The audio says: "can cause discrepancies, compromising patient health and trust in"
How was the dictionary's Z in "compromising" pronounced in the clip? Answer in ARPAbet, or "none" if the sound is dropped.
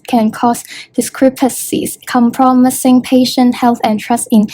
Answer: S